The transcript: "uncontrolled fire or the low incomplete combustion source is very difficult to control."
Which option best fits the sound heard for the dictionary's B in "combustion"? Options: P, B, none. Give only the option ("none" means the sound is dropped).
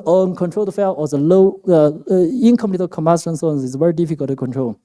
none